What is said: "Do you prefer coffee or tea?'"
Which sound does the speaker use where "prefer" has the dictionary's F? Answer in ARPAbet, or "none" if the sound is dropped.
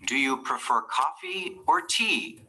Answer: F